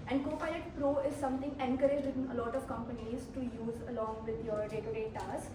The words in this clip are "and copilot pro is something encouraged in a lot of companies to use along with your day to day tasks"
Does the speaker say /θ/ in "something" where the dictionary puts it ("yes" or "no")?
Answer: no